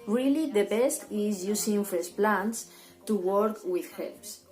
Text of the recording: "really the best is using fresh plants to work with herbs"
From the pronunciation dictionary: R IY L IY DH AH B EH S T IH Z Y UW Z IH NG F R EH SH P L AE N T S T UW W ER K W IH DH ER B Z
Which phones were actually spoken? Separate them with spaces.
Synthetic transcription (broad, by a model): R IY L IY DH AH B EH S T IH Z Y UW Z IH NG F EH S P L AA N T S T UW W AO K W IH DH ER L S